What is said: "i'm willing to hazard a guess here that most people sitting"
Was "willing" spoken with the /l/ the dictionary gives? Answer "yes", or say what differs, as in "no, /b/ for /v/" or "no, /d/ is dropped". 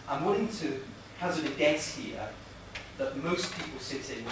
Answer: no, /n/ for /l/